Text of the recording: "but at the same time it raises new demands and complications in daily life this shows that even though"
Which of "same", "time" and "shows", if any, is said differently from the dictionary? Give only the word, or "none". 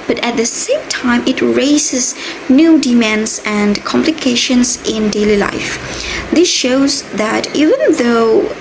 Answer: none